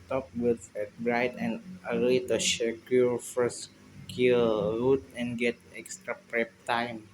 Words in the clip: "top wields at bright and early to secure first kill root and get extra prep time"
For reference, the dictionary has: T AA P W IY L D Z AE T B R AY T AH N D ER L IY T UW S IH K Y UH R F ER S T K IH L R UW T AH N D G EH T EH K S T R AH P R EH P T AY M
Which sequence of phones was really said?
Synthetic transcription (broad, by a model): T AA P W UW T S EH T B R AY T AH N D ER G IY T UW SH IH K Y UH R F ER S K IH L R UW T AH N G EH T EH K S T R AH P R EH P T AY M